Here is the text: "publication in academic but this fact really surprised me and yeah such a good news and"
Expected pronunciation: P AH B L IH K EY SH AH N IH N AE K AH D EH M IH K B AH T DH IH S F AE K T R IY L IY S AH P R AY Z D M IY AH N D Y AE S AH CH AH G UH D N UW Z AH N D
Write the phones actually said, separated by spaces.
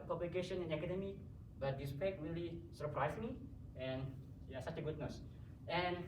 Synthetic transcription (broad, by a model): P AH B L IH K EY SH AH N IH N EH K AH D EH M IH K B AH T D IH S P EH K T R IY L IY S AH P R AY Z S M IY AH N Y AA S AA CH AH G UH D N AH S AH N